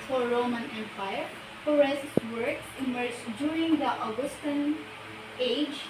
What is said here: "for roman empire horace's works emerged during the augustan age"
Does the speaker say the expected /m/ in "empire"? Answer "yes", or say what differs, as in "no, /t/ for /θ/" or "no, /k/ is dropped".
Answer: yes